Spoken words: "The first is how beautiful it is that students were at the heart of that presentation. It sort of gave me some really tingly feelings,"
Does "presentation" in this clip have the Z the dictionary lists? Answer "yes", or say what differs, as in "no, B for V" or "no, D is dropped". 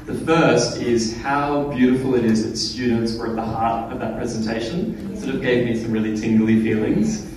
yes